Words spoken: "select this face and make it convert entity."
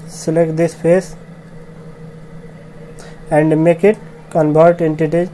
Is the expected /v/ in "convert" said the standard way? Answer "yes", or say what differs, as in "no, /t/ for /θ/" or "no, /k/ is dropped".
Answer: no, /b/ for /v/